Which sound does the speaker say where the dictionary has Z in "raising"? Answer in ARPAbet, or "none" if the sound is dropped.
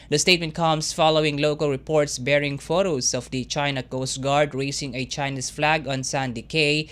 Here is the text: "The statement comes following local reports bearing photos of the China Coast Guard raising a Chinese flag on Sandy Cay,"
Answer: S